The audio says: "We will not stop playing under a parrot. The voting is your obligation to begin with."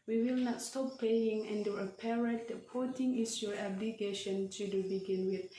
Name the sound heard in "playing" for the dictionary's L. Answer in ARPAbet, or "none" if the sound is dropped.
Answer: none